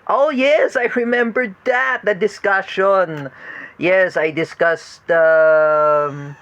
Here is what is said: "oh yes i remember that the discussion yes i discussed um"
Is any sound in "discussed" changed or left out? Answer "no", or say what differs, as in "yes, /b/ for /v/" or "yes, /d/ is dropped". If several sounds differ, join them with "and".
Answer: no